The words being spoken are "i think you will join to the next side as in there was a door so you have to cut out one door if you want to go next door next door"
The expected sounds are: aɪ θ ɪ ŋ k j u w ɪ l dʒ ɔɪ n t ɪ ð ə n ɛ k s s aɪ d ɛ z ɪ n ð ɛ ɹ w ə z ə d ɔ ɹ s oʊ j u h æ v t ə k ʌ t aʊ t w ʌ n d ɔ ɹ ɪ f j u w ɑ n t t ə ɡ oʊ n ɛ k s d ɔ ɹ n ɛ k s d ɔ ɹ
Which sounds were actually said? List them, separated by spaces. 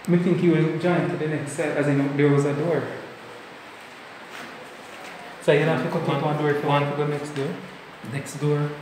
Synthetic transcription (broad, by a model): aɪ θ ɪ ŋ k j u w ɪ n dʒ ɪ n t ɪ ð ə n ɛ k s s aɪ ɛ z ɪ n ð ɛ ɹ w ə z ə d ɔ ɹ s oʊ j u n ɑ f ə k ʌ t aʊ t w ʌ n d ɔ ɹ ɪ f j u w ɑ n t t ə ɡ oʊ n ɛ k s d ɔ ɹ n ɛ k s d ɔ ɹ